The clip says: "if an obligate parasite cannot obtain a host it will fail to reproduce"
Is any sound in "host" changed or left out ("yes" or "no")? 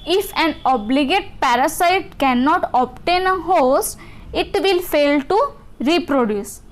yes